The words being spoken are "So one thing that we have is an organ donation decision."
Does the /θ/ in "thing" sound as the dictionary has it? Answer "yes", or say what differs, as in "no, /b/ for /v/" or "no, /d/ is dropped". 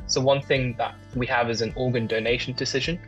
yes